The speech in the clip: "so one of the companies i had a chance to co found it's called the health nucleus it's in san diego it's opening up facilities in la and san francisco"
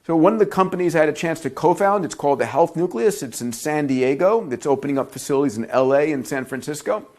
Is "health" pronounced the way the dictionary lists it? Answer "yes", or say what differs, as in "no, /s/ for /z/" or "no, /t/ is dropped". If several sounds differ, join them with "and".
yes